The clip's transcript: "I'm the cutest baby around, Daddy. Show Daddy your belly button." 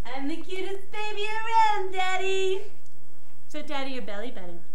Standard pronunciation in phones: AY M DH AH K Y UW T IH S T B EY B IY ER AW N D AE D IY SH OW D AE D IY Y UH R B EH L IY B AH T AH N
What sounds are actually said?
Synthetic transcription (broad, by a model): AY M DH AH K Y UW T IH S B EY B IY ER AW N D AE D IY S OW D AE D IY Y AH R B EH L IY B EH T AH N